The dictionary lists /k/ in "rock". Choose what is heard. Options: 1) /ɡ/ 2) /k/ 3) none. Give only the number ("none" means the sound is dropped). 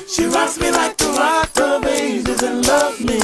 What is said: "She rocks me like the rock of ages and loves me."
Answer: 3